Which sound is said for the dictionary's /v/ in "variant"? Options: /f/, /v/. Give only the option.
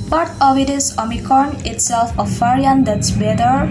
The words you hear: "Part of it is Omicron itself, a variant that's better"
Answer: /f/